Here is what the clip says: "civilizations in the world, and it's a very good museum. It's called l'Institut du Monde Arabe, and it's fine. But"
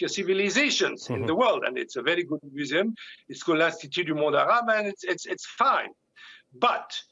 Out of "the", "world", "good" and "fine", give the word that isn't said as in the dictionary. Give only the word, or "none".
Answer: none